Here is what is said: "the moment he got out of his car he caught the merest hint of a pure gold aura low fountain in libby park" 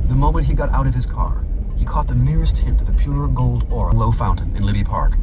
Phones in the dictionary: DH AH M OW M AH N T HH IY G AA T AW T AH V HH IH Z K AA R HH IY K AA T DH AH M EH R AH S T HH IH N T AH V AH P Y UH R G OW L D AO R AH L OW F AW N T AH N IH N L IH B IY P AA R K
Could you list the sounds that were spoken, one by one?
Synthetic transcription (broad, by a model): DH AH M OW M AH N T HH IY G AA T AW T AH V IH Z K AA R HH IY K AA T DH AH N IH R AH S T HH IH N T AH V AH P Y UH R G OW L D AO R AH L OW F AW N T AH N IH N L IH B IY P AA R K